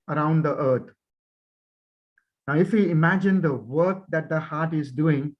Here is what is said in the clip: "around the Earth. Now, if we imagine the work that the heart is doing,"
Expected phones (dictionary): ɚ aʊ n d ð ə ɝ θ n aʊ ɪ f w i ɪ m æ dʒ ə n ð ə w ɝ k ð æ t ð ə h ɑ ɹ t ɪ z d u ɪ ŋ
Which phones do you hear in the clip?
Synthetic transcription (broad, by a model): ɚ aʊ n d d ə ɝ t n aʊ ɪ f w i ɪ m æ dʒ ə n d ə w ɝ k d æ t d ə h ɑ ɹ t ɪ z d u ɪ ŋ